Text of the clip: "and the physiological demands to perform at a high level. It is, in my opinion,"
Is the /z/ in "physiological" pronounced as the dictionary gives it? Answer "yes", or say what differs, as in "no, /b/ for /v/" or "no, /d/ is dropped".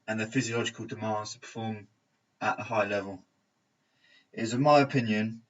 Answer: yes